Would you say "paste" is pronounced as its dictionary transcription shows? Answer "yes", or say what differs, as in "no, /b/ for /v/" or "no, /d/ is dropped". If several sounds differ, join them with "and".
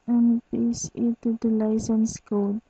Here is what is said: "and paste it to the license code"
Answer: no, /t/ is dropped